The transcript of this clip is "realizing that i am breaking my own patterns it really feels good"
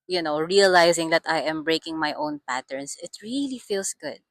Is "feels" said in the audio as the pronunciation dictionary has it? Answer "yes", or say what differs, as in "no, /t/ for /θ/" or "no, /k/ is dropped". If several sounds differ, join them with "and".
no, /s/ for /z/